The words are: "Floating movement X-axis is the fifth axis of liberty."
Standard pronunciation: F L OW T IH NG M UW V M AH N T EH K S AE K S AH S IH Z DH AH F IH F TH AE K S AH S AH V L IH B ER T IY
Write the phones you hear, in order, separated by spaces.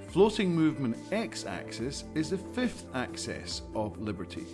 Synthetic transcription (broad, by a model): F L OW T IH NG M UW V M AH N T EH K S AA K S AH S IH Z DH AH F IH F TH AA K S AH S AH V L IH B ER T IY